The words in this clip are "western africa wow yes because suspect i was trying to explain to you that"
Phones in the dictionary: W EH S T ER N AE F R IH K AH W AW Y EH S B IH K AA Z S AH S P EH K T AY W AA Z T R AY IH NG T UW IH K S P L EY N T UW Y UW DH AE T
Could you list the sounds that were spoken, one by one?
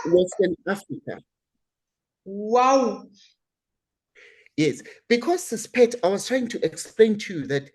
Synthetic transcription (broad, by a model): W EH S T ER N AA F R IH K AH W AW Y EH S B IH K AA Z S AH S P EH T AY W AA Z T R AY IH NG T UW IH K S P L EY N T UW Y UW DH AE T